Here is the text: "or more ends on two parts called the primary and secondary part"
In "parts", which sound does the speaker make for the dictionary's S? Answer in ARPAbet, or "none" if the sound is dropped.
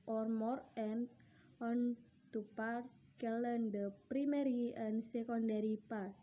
none